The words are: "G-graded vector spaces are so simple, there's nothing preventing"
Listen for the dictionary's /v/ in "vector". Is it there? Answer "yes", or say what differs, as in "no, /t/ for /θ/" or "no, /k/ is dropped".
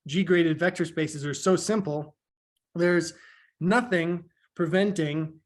yes